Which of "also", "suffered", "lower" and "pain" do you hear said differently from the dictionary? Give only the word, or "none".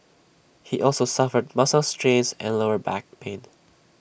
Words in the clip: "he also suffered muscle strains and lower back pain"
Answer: none